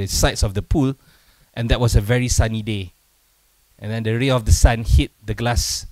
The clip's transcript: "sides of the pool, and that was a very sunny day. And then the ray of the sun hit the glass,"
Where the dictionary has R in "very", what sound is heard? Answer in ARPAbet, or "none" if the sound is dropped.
R